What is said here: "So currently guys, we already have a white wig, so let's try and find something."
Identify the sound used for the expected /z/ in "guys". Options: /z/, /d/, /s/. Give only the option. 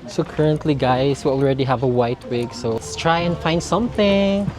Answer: /s/